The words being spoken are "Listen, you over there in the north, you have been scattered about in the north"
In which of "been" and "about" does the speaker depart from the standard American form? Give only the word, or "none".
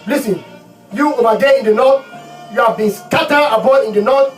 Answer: about